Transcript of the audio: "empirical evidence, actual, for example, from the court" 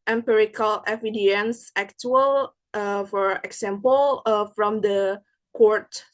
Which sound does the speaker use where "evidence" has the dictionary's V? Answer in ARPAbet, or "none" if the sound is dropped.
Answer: F